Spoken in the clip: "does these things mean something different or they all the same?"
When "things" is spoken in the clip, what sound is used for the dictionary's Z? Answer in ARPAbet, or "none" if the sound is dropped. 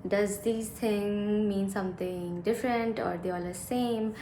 none